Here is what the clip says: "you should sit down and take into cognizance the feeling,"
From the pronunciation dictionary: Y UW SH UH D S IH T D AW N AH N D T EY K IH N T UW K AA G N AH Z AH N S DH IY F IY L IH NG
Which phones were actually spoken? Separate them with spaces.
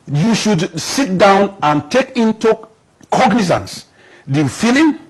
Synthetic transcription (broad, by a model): Y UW SH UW D S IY T D AW N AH N T EY K IH N T UW K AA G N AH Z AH N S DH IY F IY L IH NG